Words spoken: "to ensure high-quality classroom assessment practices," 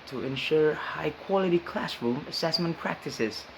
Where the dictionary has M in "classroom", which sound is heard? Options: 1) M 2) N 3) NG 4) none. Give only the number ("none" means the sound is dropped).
1